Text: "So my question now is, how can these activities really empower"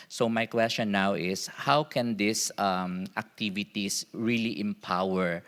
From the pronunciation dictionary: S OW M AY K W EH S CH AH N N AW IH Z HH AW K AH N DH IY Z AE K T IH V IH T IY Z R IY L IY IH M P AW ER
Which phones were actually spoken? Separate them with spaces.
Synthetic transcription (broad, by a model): S OW M AY K W EH S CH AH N N AW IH S HH AW K AH N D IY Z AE K T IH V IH T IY S R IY L IY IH M P AW ER